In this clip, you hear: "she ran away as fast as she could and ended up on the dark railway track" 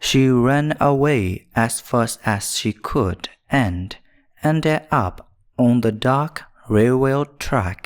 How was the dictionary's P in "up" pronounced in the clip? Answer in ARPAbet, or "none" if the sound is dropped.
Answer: P